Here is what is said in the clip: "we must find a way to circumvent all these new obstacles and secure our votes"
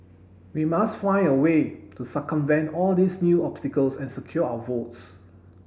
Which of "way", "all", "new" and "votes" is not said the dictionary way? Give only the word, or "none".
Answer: none